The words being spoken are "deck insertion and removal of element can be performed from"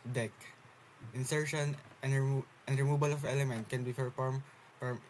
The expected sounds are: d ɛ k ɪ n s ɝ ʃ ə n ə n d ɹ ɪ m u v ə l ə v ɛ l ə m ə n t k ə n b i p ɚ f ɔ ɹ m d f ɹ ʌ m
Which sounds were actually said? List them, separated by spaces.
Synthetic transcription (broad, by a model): d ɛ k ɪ n s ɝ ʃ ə n ə n d ɹ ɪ m u b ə l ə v ɛ l ə m ə n t k ə n b i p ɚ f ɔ ɹ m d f ɹ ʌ m